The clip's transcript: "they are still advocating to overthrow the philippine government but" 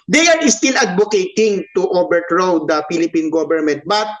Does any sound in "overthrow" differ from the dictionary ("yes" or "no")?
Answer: yes